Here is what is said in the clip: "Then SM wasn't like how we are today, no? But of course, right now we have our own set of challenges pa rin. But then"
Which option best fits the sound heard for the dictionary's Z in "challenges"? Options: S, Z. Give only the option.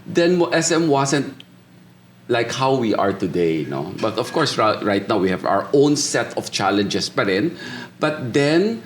S